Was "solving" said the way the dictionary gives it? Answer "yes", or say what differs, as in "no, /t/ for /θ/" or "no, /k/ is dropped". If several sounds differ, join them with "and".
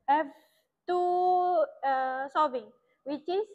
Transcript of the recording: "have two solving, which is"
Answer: no, /l/ is dropped